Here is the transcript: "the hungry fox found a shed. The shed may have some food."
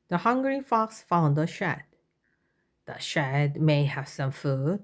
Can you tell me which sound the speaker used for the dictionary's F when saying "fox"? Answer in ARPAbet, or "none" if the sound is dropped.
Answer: F